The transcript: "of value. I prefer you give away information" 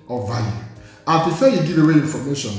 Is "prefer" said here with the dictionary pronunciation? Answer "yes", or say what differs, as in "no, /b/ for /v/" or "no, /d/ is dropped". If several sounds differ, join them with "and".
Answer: no, /ɹ/ is dropped